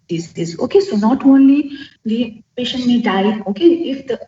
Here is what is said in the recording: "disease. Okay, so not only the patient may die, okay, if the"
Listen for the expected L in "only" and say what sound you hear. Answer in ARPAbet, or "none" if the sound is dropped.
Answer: L